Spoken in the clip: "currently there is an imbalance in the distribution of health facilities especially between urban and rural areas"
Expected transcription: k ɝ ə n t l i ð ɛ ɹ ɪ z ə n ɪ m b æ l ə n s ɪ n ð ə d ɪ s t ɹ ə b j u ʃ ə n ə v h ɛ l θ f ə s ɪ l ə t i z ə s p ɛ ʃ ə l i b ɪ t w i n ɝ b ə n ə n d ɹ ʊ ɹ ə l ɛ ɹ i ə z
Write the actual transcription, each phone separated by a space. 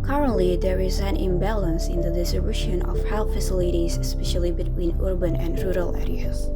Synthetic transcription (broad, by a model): k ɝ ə n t l i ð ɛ ɹ ɪ z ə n ɪ m b æ l ə n s ɪ n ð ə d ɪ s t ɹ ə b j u ʃ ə n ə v h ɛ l f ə s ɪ l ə t i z ə s p ɛ ʃ ə l i b ɪ t w i n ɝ b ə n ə n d ɹ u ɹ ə l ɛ ɹ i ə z